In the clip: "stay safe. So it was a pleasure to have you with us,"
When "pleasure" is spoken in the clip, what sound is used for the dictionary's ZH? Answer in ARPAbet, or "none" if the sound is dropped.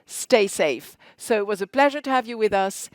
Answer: ZH